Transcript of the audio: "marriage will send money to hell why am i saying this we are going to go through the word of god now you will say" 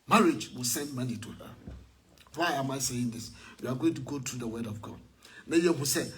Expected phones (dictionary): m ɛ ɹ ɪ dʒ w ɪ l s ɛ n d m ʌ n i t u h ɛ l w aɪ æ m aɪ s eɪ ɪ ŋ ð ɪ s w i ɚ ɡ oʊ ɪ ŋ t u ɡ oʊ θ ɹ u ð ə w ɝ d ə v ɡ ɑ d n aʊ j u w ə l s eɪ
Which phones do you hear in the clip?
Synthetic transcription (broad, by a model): m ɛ ɹ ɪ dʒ w ɪ l s ɛ n d m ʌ n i t u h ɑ w aɪ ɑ m aɪ s eɪ ɪ ŋ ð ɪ s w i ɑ ɡ oʊ ɪ ŋ t u ɡ oʊ t ɹ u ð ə w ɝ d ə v ɡ ɑ d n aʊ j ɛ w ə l s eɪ